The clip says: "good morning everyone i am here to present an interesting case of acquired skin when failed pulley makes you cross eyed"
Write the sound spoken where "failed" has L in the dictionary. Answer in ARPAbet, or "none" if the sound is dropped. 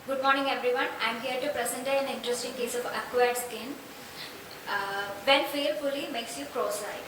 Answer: none